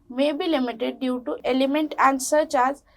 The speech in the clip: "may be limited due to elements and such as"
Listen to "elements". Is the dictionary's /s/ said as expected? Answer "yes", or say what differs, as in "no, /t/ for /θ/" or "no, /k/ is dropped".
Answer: no, /s/ is dropped